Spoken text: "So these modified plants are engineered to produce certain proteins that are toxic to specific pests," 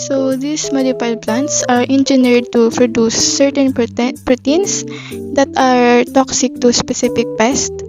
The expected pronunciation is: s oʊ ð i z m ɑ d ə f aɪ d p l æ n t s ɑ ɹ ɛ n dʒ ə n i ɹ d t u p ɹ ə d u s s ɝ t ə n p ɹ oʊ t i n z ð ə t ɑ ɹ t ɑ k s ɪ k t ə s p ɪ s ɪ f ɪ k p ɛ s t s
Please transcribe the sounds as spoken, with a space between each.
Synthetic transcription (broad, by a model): s oʊ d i s m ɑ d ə p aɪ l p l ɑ n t s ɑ ɹ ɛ n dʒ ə n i ɹ d t u p ɹ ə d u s s ɝ t ə n p ɹ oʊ t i n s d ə t ɑ ɹ t ɑ k s ɪ k t ə s p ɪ s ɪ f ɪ k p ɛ s t